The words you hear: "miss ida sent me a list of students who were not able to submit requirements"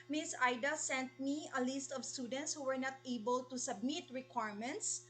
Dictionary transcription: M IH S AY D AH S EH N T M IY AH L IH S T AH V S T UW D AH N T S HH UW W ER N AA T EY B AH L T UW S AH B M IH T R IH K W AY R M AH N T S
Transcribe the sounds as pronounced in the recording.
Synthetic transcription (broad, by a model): M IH S AY D AH S EH N T M IY AH L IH S T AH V S T UW D AH N T S HH UW W ER N AA T EY B AH L T UW S AH B M IH T R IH K W AY R M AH N T S